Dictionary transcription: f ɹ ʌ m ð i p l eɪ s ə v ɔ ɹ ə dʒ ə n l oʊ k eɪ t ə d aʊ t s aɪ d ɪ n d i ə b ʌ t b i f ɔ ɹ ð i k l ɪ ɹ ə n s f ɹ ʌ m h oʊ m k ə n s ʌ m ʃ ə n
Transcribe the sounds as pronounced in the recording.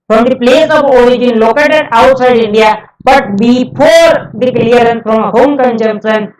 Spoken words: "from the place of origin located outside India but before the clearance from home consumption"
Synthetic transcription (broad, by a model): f ɹ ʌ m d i p l eɪ s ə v ɔ ɹ ə dʒ ə n l oʊ k eɪ t ə d aʊ t s aɪ d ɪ n d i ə b ʌ t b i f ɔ ɹ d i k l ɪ ɹ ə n f ɹ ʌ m h oʊ m k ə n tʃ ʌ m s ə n